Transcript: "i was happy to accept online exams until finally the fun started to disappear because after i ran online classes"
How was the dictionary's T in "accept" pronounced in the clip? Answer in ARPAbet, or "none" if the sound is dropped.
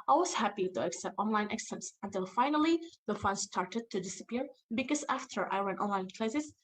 T